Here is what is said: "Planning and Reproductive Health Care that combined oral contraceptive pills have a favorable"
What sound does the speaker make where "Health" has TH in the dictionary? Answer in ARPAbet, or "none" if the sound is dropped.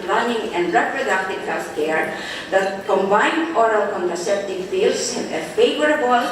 F